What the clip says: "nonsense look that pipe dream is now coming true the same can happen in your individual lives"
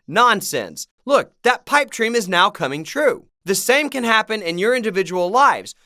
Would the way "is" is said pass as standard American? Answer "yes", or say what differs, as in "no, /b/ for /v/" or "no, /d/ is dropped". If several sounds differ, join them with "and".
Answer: yes